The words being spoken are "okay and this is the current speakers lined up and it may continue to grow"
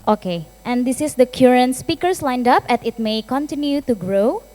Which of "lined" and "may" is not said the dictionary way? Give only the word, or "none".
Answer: none